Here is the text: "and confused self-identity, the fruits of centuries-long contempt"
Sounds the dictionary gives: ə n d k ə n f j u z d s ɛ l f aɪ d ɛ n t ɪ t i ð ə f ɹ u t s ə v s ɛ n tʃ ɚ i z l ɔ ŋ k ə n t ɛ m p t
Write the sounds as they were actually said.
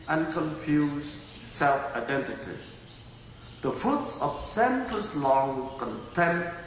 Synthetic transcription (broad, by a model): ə n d k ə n f j u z s ɛ l f aɪ d ɛ n t ɪ t i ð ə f u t s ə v s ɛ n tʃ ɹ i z l ɔ ŋ k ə n t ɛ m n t